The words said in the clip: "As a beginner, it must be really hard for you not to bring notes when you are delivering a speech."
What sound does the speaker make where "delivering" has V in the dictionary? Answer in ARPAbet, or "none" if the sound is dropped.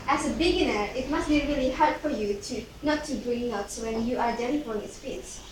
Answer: F